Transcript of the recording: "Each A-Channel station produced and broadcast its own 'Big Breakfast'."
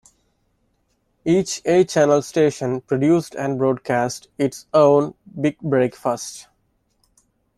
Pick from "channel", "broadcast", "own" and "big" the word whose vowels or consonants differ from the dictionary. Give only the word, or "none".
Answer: none